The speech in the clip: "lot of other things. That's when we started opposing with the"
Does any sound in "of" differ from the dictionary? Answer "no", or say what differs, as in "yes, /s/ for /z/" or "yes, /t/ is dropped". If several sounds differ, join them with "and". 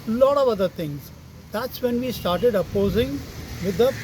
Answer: no